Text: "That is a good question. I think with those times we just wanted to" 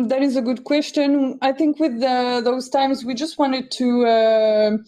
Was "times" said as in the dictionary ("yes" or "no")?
yes